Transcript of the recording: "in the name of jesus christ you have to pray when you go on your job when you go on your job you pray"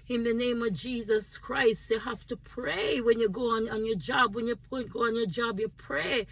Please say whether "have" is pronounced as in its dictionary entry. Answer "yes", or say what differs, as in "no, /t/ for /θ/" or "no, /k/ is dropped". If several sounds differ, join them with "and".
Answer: no, /f/ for /v/